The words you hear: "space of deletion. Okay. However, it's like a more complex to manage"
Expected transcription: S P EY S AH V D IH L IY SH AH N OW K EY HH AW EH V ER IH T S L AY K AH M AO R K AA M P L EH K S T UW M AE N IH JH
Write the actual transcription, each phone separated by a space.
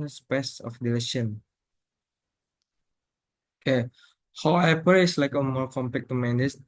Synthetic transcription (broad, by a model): S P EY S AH F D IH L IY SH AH N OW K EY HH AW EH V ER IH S L AY K AH M AO R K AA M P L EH K T UW M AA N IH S